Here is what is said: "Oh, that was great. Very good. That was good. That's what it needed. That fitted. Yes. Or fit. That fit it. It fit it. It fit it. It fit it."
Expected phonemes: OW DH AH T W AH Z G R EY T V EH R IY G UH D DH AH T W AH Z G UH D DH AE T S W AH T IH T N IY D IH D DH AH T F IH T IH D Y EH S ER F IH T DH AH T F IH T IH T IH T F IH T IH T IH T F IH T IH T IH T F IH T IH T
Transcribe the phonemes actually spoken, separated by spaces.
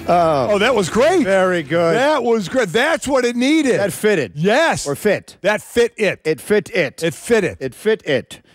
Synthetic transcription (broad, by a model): OW DH AH T W AH Z G R EY T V EH R IY G UH D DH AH T W AH Z G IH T DH AE T S W AH T IH T N IY D IH D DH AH T F IH T IH D Y EH S ER F IH T DH AH T F IH T IH T IH T F IH T IH T IH T F IH T IH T IH T F IH T IH T